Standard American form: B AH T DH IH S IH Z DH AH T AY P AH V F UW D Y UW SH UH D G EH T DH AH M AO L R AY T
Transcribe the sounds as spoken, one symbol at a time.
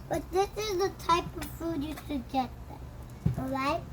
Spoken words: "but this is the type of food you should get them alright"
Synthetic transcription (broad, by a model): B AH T DH IH S IH Z DH AH T AY P AH V F UW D Y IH S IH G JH EH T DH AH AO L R AY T